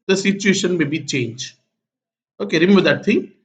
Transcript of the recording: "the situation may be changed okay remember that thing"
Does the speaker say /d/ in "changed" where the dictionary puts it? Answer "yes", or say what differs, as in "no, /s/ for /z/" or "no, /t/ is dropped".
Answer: no, /d/ is dropped